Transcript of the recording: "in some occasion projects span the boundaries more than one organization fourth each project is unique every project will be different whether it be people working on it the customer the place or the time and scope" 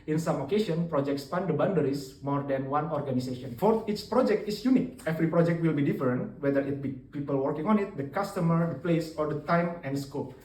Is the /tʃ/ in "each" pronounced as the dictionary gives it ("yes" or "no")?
yes